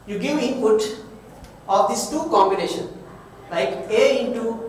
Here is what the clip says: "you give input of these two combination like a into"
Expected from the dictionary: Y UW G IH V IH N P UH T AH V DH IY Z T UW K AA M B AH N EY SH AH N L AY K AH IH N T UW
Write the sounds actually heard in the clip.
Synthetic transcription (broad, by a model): Y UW G IH V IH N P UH T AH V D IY S T UW K AA M B AH N EY SH AH N L AY K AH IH N T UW